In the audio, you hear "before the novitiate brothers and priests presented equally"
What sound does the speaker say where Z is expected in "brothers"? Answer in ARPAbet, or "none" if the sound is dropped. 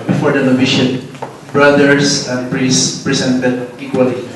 S